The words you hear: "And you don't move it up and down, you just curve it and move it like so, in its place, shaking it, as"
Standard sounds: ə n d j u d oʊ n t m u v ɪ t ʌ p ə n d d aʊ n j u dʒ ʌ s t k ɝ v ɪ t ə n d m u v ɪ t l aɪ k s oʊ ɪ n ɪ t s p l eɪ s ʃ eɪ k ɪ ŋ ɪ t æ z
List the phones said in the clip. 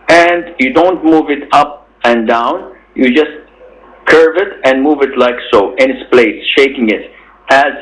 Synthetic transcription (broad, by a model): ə n d j u d oʊ n t m u v ɪ t ʌ p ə n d d aʊ n j u dʒ ʌ s t k ɝ v ɪ t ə n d m u v ɪ t l aɪ k s oʊ ɪ n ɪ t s p l eɪ s ʃ eɪ k ɪ ŋ ɪ t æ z